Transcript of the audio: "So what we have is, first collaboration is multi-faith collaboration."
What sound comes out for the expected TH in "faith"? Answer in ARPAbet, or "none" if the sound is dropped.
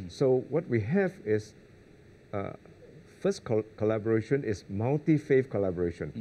F